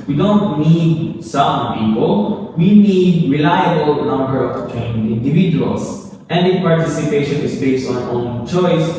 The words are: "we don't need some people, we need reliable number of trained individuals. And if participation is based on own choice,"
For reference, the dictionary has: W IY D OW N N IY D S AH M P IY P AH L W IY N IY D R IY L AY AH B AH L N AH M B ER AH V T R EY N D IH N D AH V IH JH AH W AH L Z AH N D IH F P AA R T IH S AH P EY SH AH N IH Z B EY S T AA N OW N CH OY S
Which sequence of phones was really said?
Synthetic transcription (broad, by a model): W IY D OW N N IY D S AH M P IY P AH L W IY N IY D R IY L AY AH B AH L N AH M B ER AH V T EY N IH N D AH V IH JH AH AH L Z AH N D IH P AA R T IH S AH P EY SH AH N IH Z B EY S T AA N OW N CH OY S